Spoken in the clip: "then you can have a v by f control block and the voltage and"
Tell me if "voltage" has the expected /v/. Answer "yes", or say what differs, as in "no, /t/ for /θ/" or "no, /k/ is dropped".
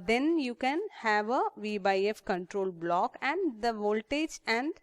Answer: yes